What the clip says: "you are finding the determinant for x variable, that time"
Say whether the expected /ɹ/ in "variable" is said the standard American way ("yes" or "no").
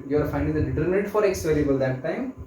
no